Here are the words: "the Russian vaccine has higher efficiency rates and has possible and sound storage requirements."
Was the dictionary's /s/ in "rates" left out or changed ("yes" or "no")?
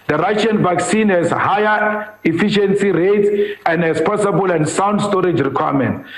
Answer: yes